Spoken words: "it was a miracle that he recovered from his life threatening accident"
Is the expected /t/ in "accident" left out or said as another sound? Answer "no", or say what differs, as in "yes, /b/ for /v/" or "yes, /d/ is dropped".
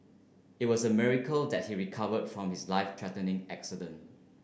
no